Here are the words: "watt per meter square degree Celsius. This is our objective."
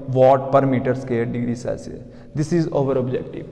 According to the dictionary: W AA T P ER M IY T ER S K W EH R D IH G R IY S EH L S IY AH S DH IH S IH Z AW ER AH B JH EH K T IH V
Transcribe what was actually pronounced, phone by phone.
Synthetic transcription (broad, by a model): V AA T P ER M IY T ER S K EH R D IH G R IY S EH S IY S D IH S IH Z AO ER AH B JH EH K T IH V